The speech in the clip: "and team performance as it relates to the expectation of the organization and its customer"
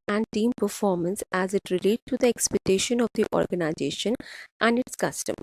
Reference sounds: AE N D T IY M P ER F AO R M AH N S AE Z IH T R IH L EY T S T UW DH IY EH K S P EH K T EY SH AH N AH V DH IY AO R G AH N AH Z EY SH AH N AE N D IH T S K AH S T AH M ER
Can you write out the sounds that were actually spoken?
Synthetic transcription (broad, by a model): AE N D T IY M P ER F AO R M AH N S AE Z IH T R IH L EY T T UW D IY EH K S P EH K T EY SH AH N AH V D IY AO R G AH N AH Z EY SH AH N AE N D IH T S K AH S T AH M